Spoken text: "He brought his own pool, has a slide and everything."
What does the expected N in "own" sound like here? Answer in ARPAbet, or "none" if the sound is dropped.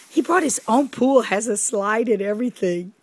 N